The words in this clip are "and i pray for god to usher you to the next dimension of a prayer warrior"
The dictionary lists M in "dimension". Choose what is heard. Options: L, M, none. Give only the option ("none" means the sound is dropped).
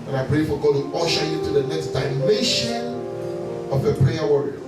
none